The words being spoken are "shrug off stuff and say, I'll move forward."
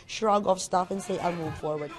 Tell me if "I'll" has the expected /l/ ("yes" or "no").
no